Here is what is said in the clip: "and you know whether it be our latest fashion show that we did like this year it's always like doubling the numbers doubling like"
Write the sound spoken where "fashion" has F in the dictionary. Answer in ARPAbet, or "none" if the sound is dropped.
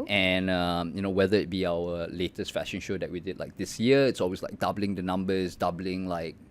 F